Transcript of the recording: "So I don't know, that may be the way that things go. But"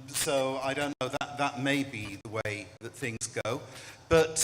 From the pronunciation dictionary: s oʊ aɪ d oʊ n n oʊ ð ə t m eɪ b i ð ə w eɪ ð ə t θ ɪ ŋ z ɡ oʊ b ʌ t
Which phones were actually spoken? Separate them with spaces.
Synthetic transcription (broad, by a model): s oʊ aɪ d oʊ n n oʊ ð ə t m eɪ b i ð ə w eɪ ð ə t θ ɪ ŋ z ɡ oʊ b ʌ t